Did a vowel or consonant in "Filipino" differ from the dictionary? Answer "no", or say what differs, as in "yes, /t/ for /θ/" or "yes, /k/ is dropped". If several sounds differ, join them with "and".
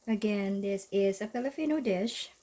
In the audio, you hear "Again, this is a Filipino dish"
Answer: yes, /p/ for /f/ and /f/ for /p/